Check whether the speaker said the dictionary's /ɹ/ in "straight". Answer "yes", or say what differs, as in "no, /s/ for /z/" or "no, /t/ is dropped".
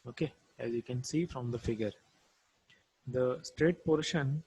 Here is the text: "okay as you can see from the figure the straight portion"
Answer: yes